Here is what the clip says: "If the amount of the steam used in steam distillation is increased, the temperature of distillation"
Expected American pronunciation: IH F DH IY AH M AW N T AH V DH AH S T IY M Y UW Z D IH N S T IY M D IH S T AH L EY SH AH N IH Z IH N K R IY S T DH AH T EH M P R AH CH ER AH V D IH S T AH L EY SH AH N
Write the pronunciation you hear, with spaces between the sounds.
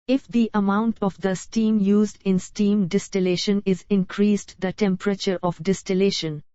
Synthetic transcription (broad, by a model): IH F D IY AH M AW N T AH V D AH S T IY M Y UW Z D IH N S T IY M D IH S T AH L EY SH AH N IH Z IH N K R IY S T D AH T EH M P R AH CH ER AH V D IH S T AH L EY SH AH N